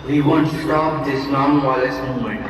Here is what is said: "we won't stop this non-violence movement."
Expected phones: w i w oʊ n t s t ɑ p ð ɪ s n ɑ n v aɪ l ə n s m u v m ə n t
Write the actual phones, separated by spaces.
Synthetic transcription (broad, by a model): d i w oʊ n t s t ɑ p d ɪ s n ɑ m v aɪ l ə s m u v m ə n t